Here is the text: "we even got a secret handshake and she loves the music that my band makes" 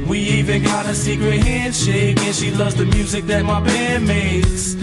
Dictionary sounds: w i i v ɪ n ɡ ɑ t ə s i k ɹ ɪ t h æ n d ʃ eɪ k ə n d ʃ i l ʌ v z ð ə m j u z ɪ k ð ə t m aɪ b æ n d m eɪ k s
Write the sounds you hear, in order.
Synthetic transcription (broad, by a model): w i i v ɪ n ɡ ɑ t ə s i k ɹ ɪ t h æ n d ʃ eɪ k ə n ʃ i l ʌ v z ð ə m j u z ɪ k ð ə t m aɪ b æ d m eɪ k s